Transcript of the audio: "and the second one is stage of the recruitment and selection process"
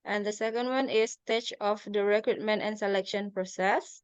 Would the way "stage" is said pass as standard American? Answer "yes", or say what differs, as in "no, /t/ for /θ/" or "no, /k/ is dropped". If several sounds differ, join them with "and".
no, /tʃ/ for /dʒ/